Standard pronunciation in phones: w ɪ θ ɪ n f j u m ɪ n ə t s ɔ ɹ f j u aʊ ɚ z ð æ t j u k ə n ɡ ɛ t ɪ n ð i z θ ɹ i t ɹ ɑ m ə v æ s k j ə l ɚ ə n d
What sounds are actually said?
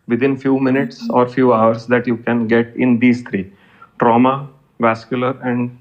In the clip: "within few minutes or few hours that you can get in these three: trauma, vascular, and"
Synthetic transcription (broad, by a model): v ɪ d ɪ n f j u m ɪ n ə t s ɔ ɹ f j u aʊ ɚ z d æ t j u k ə n ɡ ɛ t ɪ n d i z t ɹ i t ɹ ɑ m ə v æ s k j ə l ɚ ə n d